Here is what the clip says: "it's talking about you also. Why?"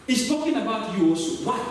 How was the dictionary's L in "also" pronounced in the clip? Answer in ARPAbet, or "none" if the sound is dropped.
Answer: none